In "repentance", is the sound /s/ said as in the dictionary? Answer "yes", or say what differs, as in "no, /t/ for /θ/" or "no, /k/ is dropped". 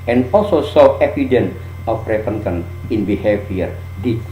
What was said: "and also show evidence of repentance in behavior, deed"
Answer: no, /s/ is dropped